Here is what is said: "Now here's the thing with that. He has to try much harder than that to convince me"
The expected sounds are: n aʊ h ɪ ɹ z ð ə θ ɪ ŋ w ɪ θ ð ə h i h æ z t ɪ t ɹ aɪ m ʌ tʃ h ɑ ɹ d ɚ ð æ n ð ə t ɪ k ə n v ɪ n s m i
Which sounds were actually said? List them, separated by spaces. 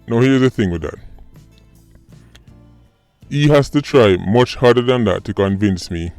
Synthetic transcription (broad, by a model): n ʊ h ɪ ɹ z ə θ ɪ ŋ w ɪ ð ə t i h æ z t ɪ t ɹ aɪ m ʌ tʃ h ɑ ɹ d ɚ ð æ n ð ə t ɪ k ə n v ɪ n s m i